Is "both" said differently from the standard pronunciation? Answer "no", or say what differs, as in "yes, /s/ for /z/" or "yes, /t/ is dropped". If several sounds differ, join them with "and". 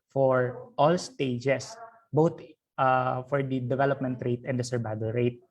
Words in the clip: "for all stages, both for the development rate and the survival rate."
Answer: yes, /t/ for /θ/